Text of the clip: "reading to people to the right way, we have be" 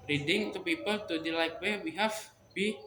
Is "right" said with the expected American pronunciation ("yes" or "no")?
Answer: no